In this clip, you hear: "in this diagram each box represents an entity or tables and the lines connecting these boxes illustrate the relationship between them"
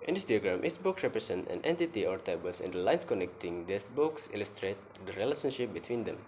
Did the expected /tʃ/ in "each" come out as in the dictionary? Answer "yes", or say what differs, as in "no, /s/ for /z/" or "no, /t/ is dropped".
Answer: no, /s/ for /tʃ/